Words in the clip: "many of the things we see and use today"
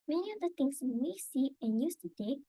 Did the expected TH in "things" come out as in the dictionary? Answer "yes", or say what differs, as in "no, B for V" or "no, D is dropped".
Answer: no, T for TH